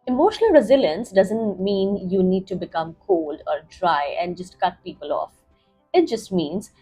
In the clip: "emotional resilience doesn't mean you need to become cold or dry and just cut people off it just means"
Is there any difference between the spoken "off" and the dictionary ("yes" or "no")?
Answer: no